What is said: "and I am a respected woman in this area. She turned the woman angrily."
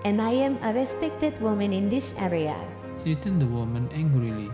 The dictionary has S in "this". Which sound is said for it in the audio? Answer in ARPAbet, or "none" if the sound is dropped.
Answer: SH